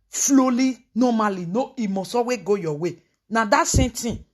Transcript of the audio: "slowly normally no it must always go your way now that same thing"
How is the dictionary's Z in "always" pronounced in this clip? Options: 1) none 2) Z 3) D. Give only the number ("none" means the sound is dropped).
1